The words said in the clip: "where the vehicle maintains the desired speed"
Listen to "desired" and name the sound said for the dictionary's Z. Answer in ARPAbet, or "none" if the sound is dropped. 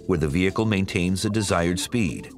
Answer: Z